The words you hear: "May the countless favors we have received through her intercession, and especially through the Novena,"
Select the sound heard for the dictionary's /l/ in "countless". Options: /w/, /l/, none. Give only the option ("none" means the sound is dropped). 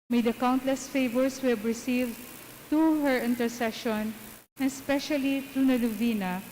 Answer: /l/